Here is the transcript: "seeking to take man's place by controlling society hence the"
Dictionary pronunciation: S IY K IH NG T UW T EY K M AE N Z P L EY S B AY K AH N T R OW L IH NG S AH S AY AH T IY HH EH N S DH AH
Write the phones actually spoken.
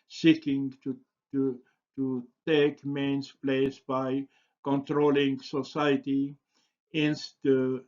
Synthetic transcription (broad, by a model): S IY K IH NG T UW T EY K M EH N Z P L EY S B AY K AH N T R OW L IH NG S AH S AY AH T IY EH N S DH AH